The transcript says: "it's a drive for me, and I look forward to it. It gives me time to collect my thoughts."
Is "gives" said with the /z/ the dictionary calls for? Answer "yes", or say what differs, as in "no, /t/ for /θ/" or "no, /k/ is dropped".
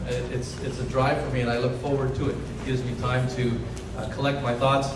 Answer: yes